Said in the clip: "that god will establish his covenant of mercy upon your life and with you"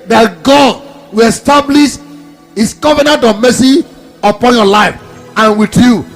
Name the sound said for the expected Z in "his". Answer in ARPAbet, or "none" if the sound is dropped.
S